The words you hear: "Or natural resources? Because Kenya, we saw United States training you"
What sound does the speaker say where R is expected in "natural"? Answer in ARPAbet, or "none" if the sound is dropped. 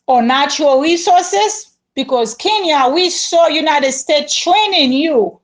none